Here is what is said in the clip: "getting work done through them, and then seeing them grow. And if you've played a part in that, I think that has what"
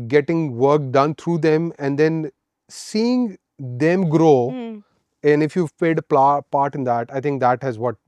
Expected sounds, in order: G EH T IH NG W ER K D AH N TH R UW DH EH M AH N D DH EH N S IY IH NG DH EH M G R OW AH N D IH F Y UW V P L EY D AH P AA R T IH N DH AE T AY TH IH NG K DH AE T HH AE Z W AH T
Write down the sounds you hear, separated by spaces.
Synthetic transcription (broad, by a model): G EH T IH NG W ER K D AH N T R UW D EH M AH N D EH N S IY IH NG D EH M G R OW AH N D IH F Y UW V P EY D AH P AA R T IH N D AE T AY T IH NG K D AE T HH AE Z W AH T